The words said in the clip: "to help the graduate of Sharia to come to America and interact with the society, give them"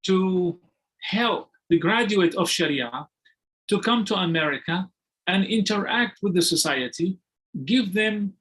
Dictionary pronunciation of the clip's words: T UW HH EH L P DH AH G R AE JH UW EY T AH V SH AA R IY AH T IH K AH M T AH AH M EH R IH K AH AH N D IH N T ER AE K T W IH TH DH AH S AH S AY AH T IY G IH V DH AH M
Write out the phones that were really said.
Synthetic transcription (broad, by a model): T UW HH EH L P DH AH G R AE JH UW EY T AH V SH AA R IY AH T IH K AH M T AH AH M EH R IH K AH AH N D IH N T ER AE K T W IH DH AH S AH S AY AH T IY G IH V DH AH M